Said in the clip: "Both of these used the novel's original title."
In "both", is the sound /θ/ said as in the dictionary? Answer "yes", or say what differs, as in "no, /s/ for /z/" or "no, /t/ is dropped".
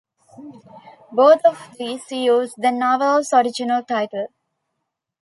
no, /t/ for /θ/